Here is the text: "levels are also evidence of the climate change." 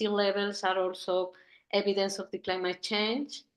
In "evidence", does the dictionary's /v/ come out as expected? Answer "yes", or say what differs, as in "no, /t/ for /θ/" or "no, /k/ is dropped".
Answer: no, /b/ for /v/